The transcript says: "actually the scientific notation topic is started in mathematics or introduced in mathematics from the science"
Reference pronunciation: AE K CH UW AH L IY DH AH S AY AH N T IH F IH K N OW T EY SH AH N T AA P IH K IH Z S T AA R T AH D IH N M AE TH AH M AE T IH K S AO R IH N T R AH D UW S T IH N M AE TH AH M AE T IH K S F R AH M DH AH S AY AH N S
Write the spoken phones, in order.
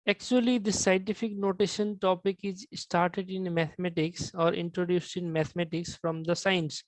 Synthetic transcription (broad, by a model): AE K CH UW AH L IY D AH S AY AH N T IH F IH K N OW T EY SH AH N T AA P IH K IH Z S T AA R T AH D IH N M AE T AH M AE T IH K S AO R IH N T R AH D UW S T IH N M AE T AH M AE T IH K S F R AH M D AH S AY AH N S